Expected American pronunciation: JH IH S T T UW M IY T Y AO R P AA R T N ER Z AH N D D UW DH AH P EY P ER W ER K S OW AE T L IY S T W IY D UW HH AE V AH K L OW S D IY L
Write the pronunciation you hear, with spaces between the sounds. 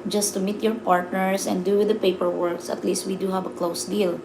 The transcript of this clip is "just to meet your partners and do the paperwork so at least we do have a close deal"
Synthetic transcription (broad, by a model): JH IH S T T UW M IY T Y AO R P AA R T N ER S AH N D D UW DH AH P EY P ER W ER K S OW T L IY S T W IY D UW HH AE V AH K L OW S D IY L